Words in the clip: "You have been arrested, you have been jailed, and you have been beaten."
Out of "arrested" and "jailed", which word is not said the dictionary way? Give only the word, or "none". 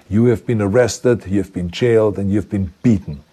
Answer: jailed